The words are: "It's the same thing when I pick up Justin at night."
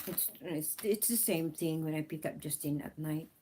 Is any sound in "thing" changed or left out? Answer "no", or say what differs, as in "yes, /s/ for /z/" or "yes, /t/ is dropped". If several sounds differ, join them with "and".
no